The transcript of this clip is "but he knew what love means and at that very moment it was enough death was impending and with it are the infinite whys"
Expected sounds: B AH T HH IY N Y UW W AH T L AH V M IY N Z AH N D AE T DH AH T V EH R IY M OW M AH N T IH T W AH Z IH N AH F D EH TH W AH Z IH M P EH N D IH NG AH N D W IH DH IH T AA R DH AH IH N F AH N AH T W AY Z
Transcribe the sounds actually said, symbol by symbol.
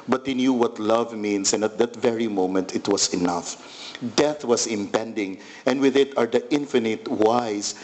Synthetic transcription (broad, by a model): B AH T HH IY N Y UW W AH T L AH V M IY N S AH N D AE T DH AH T V EH R IY M OW M AH N T IH T W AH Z IH N AH F D EH TH W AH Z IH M P EH N D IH NG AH N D W IH DH IH T AA R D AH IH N F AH N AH T W AY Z